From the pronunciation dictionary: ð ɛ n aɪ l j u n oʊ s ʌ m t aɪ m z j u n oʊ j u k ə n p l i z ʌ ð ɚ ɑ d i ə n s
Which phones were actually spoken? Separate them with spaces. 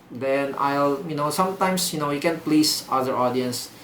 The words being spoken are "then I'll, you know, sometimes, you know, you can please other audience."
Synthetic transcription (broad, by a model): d ɛ n aɪ l j u n oʊ s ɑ m t aɪ m s j u n oʊ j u k ə n p l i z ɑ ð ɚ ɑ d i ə n s